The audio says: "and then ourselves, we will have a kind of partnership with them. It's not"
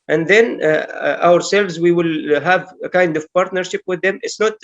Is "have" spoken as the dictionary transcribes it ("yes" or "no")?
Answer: yes